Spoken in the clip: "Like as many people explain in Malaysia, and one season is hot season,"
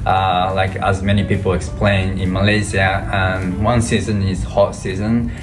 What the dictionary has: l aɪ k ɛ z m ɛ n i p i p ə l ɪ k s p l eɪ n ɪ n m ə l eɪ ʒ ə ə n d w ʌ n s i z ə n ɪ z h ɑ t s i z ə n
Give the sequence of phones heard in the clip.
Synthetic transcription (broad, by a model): l aɪ k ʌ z m ɛ n i p i p ə l ɪ k s p l eɪ n ɪ n m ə l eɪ z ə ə n w ʌ n s i z ə n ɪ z h ɑ t s i z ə n